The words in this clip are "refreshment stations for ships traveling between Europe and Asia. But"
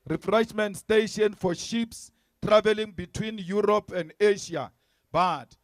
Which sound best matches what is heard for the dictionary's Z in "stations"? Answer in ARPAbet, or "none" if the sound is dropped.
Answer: none